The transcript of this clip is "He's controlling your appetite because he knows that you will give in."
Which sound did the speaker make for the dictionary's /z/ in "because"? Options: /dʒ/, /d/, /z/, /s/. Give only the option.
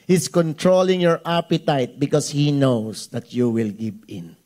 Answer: /s/